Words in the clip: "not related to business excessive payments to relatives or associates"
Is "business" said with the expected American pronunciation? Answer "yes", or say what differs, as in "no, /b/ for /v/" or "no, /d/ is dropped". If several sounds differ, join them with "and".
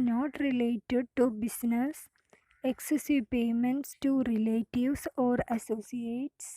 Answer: no, /s/ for /z/